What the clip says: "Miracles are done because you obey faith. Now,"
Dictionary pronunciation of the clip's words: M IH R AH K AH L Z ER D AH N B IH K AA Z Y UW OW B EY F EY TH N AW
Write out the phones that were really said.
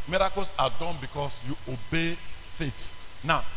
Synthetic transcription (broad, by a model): M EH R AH K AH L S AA D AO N B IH K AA S Y UW OW B EY F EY T N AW